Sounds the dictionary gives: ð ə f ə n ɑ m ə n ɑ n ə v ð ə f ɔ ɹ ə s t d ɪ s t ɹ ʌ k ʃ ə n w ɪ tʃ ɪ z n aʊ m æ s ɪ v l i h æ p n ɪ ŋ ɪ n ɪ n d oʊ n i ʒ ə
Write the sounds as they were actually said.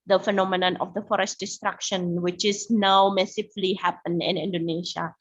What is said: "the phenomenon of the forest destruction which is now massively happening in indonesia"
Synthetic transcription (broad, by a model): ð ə f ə n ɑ m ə n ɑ n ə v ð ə f ɔ ɹ ə s t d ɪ s t ɹ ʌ k ʃ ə n w ɪ tʃ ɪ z n aʊ m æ s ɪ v l i h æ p ɪ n ɪ n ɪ n d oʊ n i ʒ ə